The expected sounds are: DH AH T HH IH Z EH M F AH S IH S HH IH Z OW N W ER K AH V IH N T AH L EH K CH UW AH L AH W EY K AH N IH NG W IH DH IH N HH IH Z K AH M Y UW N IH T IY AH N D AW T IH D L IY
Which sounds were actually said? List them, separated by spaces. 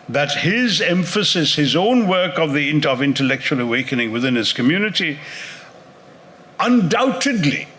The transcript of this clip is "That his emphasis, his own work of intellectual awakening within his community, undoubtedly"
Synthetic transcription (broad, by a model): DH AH T HH IH Z EH M F AH S IH S HH IH Z OW N W ER K AH V IH N T AH L EH K CH UW AH L AH W EY K AH N IH NG W IH DH IH N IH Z K AH M Y UW N IH T IY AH N D AW T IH D L IY